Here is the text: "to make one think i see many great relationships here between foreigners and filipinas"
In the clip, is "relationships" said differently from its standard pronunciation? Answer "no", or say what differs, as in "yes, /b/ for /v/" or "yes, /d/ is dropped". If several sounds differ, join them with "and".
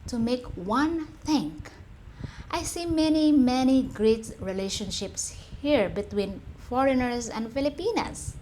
no